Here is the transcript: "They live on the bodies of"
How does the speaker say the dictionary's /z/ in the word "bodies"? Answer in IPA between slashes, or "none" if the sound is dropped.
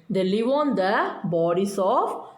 /s/